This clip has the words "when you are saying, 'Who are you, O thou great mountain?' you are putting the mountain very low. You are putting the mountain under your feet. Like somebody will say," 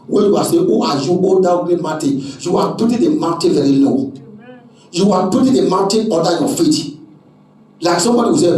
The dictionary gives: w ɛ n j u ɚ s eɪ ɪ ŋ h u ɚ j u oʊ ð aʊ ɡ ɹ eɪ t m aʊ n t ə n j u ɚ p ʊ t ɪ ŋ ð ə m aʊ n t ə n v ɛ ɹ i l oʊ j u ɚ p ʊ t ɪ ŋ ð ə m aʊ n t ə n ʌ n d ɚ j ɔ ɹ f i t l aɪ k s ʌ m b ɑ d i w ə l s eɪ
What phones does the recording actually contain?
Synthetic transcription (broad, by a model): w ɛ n j u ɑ s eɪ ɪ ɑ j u oʊ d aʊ ɡ ɹ eɪ t m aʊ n t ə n j u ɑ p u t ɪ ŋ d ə m aʊ n t ə n v ɛ ɹ i l oʊ j u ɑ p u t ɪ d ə m aʊ n t ə n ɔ d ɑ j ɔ f i t l aɪ k s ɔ m b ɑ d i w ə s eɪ